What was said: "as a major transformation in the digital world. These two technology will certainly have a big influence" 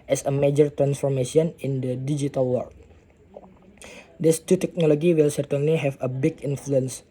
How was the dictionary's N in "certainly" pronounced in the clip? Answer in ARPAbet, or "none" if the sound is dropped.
N